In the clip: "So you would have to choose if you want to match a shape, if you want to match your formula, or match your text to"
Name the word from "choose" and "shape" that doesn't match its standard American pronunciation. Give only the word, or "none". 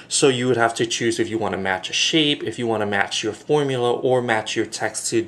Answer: none